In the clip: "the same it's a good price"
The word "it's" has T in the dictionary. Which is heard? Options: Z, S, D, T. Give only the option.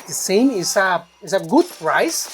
S